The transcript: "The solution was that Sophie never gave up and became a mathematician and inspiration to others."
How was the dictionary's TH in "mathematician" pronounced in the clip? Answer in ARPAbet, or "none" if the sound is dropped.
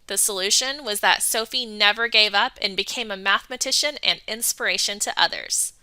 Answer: TH